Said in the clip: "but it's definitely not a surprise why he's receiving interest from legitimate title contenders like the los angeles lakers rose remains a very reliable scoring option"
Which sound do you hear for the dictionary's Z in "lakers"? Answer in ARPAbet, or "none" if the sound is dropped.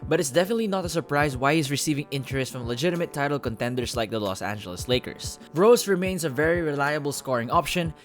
S